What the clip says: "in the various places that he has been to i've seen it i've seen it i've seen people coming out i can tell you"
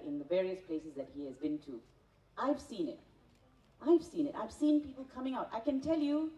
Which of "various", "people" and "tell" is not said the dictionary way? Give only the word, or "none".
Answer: none